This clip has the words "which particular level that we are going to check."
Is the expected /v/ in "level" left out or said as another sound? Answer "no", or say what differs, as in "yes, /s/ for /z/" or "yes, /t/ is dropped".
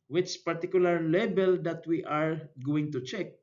yes, /b/ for /v/